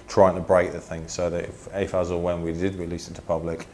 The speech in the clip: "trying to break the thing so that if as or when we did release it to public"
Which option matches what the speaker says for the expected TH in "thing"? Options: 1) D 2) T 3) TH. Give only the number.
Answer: 3